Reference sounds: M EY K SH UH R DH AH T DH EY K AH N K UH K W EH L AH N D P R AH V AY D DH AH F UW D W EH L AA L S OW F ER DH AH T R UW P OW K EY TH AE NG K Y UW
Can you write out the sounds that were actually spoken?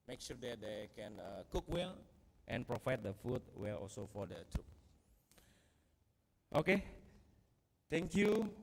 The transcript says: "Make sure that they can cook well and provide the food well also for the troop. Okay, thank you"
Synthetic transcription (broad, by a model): M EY K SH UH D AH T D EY K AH N K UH K W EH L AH N P R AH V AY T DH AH F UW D W EH L AA L S OW F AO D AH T UW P OW K EY T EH NG K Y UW